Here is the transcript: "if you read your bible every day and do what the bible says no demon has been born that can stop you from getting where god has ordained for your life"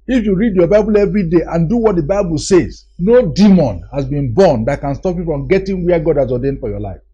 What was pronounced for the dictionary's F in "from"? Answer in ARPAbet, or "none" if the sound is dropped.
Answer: P